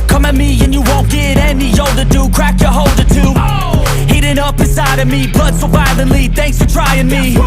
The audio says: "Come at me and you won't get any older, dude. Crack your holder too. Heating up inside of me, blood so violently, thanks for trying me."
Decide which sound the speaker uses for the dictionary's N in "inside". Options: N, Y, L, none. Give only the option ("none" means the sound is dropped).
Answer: none